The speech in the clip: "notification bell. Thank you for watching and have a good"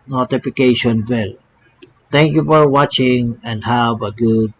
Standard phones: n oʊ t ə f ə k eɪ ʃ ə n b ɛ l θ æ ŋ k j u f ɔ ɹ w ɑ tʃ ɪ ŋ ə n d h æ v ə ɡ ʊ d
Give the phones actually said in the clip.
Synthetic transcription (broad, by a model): n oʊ t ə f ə k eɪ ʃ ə n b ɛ l t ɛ ŋ k j u f ɔ ɹ w ɑ tʃ ɪ ŋ ə n d h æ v ə ɡ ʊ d